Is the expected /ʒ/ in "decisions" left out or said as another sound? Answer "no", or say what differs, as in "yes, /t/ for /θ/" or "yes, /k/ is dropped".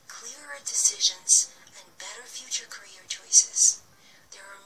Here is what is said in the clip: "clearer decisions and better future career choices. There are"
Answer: no